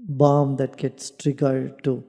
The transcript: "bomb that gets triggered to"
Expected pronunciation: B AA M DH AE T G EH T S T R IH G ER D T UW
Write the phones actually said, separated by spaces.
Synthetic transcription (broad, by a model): B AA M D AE T G EH T S T R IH G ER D T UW